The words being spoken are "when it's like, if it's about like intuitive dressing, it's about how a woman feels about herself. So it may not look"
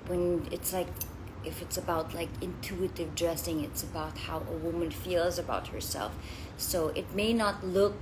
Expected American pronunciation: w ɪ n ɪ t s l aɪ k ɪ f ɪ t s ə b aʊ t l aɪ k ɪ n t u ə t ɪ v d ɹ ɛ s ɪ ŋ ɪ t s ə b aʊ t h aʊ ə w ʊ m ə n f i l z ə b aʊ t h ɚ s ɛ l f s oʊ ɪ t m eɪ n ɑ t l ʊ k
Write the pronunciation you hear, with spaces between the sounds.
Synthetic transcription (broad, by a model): w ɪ n ɪ t s l aɪ k ɪ f ɪ t s ə b aʊ t l aɪ k ɪ n t u ə t ɪ v d ɹ ɛ s ɪ ŋ ɪ t s ə b aʊ t h aʊ ə w ʊ m ə n f i l z ə b aʊ t h ɚ s ɛ l f s oʊ ɪ t m eɪ n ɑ t l ʊ k